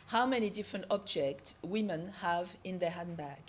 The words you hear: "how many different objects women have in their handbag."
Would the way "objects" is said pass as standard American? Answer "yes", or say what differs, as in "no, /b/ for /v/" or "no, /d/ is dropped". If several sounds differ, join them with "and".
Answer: yes